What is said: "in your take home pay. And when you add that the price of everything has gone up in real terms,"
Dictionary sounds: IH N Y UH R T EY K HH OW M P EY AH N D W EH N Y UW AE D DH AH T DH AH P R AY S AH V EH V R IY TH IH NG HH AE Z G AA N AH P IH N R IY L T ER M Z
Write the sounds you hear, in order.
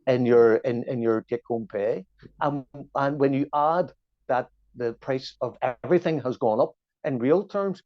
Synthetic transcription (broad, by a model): IH N Y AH R T EY K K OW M P EY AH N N W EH N Y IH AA D DH AH T DH AH P R AY S AH V EH V R IY TH IH NG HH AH Z G AA N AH P IH N R IY L T ER M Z